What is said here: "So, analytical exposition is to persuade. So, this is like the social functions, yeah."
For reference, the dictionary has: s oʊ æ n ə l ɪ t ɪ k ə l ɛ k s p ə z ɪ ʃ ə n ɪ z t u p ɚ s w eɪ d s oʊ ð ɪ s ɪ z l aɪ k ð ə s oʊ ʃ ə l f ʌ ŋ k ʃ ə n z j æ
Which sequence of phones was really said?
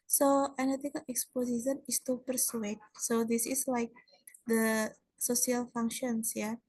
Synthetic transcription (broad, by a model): s oʊ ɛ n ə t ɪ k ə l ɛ k s p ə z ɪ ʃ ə n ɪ s t u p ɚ s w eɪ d s oʊ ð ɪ s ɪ s l aɪ k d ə s oʊ s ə l f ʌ ŋ k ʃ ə n s j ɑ